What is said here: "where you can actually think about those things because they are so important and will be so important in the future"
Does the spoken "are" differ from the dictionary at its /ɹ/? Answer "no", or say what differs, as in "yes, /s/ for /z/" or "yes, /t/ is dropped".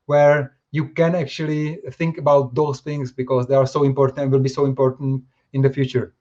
no